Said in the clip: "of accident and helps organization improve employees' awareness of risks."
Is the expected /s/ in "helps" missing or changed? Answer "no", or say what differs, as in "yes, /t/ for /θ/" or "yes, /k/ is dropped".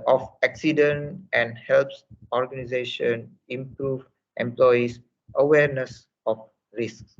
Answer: no